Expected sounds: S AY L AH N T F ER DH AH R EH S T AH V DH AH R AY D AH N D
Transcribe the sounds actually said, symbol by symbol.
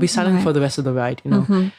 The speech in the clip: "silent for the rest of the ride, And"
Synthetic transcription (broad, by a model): S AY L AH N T F ER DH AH R EH S T AH V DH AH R AY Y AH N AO